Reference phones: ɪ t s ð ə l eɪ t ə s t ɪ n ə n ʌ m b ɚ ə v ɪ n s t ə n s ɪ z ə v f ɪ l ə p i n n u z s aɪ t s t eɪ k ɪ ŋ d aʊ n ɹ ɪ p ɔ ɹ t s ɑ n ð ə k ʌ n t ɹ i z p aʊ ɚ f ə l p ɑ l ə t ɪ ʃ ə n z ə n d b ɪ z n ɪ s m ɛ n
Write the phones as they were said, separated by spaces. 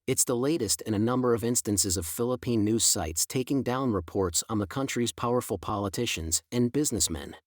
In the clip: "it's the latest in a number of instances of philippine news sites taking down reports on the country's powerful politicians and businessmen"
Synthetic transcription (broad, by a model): ɪ t s ð ə l eɪ t ə s t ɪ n ə n ʌ m b ɚ ə v ɪ n s t ə n s ɪ z ə v f ɪ l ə p i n n u z s aɪ t s t eɪ k ɪ ŋ d aʊ n ɹ ɪ p ɔ ɹ t s n ð ə k ʌ n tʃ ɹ i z p aʊ ɚ f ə l p ɑ l ə t ɪ ʃ ə n z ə n b ɪ z n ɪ s m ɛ n